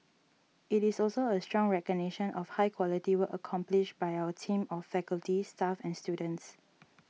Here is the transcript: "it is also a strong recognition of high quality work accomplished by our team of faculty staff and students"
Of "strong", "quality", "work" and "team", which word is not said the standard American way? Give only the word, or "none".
work